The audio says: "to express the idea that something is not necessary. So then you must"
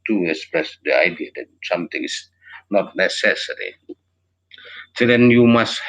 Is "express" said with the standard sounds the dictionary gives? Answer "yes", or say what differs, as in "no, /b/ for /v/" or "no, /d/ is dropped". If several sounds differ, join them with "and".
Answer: yes